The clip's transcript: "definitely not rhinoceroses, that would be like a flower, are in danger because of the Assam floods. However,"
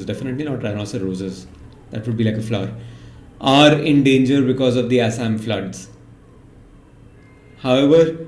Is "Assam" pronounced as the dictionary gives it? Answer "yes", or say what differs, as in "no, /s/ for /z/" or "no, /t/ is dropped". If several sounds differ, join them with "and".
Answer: yes